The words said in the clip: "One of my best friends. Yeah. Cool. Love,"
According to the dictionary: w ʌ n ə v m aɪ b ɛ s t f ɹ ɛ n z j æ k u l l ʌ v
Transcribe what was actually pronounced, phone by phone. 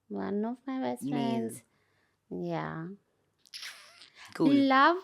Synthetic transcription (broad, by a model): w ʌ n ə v m aɪ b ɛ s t f ɹ ɛ n z j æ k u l l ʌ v